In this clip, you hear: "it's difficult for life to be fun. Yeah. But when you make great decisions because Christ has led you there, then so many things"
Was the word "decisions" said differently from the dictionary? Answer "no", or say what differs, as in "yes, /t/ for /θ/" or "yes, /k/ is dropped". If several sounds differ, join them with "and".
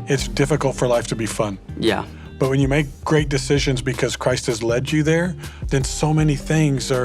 no